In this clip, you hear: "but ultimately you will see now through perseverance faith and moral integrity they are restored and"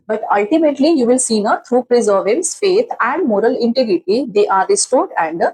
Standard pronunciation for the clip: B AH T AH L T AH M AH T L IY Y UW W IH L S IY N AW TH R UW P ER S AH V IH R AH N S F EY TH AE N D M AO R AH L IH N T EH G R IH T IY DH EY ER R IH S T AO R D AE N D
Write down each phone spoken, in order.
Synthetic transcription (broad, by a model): B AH T AH L T AH M AH T L IY Y UW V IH L S IY N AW T R UW P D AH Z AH R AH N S F EY T AE N D M AO R AH L IH N T EH G R IH T IY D EY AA R IH S T AO R D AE N D